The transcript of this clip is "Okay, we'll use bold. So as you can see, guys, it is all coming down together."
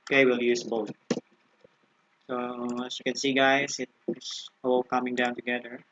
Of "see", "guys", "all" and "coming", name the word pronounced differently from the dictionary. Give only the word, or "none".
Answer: guys